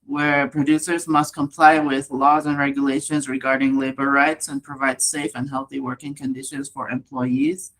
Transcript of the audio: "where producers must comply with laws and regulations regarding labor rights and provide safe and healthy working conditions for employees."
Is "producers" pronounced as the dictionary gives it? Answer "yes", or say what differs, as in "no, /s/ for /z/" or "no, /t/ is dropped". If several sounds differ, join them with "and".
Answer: yes